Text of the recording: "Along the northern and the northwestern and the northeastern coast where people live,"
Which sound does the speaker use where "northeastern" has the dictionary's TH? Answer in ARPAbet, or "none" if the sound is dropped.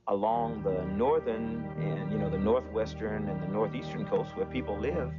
TH